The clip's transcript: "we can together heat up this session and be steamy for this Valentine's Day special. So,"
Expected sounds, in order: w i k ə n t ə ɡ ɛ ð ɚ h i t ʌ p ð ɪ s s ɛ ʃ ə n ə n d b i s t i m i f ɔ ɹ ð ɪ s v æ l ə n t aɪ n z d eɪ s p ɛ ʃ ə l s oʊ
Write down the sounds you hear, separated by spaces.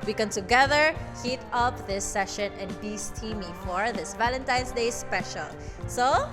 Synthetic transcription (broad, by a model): w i k ə n t ə ɡ ɛ ð ɚ h i t ʌ p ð ɪ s s ɛ ʃ ə n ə n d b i s t i m i f ɔ ɹ ð ɪ s v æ l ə n t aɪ n s d eɪ s p ɛ ʃ ə l s oʊ